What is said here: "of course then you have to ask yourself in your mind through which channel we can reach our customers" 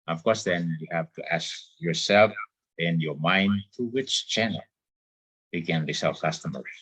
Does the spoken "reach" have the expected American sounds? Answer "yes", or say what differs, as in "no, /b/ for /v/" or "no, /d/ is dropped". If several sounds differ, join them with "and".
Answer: no, /s/ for /tʃ/